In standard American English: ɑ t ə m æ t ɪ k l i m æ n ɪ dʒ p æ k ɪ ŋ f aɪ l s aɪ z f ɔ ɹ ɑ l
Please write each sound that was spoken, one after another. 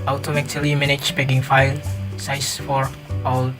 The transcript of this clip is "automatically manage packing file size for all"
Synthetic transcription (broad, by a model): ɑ t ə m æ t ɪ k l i m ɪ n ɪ tʃ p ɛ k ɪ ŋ f aɪ l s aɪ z f ɔ ɹ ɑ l